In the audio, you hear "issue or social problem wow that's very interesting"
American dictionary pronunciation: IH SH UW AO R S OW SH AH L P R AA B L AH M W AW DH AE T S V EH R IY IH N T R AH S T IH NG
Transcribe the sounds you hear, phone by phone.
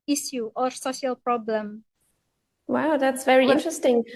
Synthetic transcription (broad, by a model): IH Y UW AO R S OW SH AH L P R AA B L AH M W AW DH AE T S V EH R IY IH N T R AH S T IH NG